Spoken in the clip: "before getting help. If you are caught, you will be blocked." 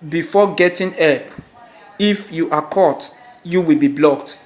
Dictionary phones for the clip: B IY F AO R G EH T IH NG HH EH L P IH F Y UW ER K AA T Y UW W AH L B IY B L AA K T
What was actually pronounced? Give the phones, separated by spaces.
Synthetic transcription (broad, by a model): B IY F AO G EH T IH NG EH P IH F Y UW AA K AA T Y UW W AH L B IY B L AA K T